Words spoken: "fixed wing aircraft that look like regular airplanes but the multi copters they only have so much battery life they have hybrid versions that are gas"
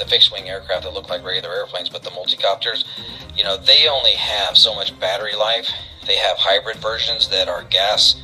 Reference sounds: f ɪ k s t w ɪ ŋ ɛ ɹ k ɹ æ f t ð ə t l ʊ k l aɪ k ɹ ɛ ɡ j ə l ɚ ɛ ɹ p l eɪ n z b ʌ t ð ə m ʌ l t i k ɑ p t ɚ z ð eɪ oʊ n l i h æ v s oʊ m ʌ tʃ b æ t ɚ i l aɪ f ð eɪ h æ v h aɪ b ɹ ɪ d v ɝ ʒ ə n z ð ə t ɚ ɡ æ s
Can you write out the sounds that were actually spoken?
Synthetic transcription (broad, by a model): f ɪ k s w ɪ ŋ ɛ ɹ k ɹ æ f t ð ə t l ʊ k l aɪ k ɹ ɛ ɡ j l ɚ ɛ ɹ p l eɪ n z b ʌ t ð ə m ʌ l t i k ɑ p t ɚ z ð eɪ oʊ n l i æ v s oʊ m ʌ tʃ b æ t ɚ i l aɪ f ð eɪ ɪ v h aɪ b ɹ ɪ d v ɝ ʒ ə n z ð ə t ɚ ɡ æ s